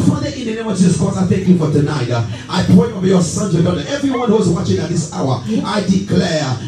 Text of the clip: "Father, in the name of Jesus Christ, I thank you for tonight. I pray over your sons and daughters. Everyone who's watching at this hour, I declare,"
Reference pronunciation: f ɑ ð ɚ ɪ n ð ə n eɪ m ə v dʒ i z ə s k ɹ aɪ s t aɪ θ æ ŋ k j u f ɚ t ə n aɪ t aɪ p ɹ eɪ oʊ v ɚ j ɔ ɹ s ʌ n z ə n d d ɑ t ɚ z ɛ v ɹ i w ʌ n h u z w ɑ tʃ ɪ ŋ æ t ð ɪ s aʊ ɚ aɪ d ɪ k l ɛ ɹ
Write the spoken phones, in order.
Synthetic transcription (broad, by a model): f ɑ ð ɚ ɪ n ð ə n eɪ m ə v dʒ i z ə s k ɔ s aɪ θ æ ŋ k j u f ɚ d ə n aɪ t aɪ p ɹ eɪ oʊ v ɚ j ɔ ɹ s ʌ n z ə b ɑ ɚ ɛ v ɹ i w ʌ n h u z w ɑ tʃ ɪ ŋ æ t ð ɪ s aʊ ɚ aɪ d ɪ k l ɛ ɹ